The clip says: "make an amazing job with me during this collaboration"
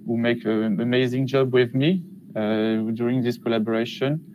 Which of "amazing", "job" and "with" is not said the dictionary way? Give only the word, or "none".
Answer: none